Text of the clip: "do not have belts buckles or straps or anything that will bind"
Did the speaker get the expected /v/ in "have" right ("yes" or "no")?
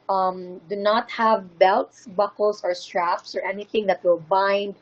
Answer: yes